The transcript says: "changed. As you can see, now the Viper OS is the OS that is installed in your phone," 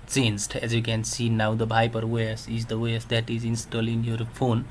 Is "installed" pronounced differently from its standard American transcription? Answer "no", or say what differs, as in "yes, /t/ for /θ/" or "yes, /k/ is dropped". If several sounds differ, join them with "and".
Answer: yes, /d/ is dropped